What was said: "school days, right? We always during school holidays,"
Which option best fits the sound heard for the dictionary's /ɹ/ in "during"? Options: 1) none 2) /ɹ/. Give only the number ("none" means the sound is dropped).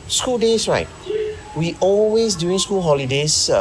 1